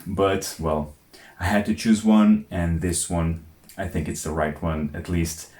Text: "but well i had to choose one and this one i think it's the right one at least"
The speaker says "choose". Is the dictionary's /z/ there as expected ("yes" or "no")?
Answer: yes